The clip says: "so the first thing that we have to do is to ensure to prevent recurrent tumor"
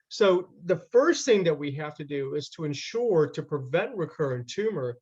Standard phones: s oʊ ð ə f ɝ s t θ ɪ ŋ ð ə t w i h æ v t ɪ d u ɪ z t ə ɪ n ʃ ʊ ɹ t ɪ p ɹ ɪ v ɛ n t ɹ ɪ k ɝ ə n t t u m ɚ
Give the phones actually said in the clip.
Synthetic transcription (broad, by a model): s oʊ ð ə f ɝ s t θ ɪ ŋ ð ə t w i h æ f t ɪ d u ɪ z t ə ɪ n ʃ ʊ ɹ t ɪ p ɹ ɪ v ɛ n t ɹ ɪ k ɝ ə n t t u m ɚ